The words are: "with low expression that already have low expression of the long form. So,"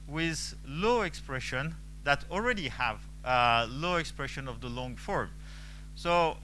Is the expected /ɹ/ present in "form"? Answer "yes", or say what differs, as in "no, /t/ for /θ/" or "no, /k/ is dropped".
yes